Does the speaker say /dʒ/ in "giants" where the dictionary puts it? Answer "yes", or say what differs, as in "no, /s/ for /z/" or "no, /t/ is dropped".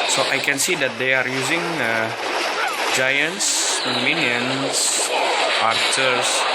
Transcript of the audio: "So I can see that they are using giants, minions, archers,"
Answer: yes